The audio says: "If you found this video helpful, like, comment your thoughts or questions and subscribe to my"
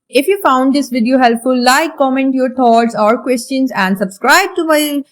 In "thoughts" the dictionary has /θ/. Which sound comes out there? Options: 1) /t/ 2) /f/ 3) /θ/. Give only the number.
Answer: 1